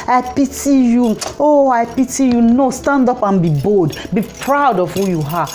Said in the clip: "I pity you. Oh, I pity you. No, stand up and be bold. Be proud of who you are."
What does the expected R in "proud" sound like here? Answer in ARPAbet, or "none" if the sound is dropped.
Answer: R